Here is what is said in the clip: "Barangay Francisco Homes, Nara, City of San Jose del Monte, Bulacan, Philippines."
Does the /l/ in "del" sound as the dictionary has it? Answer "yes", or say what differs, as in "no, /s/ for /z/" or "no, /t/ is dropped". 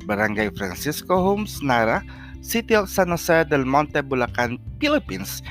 no, /n/ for /l/